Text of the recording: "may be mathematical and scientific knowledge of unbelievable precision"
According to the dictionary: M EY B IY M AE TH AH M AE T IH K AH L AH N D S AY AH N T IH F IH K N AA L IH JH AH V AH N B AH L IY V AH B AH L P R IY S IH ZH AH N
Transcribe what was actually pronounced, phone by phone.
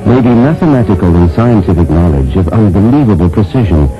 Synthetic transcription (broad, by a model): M EY B IY M AE TH AH M AE T IH K AH L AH N S AY AH N T IH F IH K N AA L IH JH AH V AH N B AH L IY V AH B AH L P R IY S IH ZH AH N